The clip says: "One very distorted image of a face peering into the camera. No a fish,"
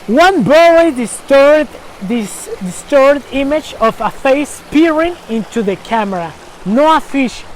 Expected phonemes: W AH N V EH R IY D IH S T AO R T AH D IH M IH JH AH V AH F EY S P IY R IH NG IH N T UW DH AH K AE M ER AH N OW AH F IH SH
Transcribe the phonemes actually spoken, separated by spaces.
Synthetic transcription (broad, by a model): W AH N B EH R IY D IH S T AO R T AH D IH M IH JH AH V AH F EY S P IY R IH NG IH N T UW DH AH K AE M ER AH N OW AH F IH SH